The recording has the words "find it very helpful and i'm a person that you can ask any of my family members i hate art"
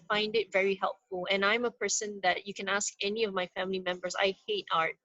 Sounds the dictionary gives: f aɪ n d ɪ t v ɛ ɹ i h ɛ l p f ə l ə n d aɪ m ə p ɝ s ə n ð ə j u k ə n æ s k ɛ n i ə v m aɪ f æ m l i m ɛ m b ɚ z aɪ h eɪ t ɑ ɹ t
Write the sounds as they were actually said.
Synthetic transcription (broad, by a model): f aɪ n d ɪ t v ɛ ɹ i h ɛ l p f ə l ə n aɪ m ə p ɝ s ə n ð ə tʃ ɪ k ə n æ s k ɛ n i ə v m aɪ f æ m l i m ɛ m b ɚ z aɪ h eɪ t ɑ ɹ t